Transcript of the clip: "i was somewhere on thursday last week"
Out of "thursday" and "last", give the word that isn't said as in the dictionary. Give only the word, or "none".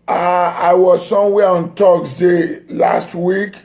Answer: thursday